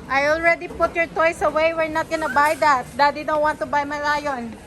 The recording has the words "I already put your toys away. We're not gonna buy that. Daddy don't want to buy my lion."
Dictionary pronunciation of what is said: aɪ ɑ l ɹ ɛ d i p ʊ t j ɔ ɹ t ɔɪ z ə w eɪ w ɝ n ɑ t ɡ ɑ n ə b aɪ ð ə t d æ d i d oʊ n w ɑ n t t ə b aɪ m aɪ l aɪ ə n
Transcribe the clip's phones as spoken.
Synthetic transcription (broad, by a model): aɪ ɑ l ɹ ɛ d i p ʊ t j ɔ ɹ t ɔɪ s ə w eɪ w ɝ n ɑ t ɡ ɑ n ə b aɪ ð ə t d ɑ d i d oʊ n w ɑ n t t ə b aɪ m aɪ l aɪ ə n